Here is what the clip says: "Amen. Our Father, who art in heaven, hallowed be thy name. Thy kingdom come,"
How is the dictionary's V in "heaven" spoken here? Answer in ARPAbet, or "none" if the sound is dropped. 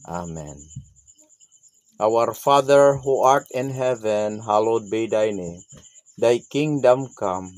V